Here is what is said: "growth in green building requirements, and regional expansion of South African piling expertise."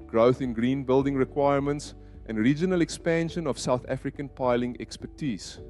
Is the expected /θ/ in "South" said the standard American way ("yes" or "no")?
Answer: yes